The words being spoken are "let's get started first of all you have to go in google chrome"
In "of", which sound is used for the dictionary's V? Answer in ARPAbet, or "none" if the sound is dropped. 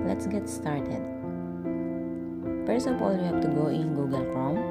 P